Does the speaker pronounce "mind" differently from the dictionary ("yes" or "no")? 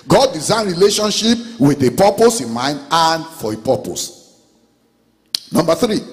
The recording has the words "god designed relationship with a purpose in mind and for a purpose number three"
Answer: no